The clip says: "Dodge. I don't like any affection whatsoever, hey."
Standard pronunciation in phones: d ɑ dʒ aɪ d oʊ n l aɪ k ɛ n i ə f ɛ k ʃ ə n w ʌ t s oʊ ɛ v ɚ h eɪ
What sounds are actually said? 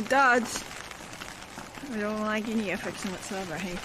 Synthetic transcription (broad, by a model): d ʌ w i d oʊ n l aɪ k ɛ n i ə f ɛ k s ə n w ʌ t s oʊ ɛ v ɚ h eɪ